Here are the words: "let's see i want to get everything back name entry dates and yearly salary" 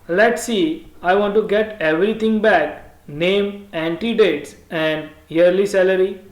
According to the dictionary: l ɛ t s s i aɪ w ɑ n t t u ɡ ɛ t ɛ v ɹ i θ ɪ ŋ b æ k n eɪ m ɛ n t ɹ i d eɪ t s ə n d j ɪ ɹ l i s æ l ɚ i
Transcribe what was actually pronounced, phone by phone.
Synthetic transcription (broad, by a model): l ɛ t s s i aɪ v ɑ n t t u ɡ ɛ t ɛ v ɹ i t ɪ ŋ b æ k n eɪ m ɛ n t i d eɪ t s ə n d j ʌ ɹ l i s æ l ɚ i